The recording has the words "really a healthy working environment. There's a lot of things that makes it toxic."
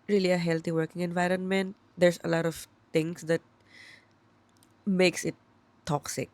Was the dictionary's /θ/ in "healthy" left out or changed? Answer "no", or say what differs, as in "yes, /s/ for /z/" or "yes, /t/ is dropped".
yes, /t/ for /θ/